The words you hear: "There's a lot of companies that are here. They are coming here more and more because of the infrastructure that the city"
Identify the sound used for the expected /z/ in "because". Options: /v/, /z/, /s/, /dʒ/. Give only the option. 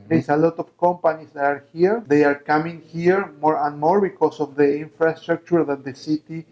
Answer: /s/